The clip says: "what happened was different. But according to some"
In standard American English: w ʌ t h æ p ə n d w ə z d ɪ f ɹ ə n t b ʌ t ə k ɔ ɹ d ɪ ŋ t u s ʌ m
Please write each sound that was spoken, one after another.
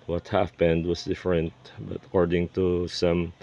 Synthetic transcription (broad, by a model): w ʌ t h æ p ə n d w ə s d ɪ f ɹ ə n t b ʌ t ə k ɔ ɹ d ɪ ŋ t u s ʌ m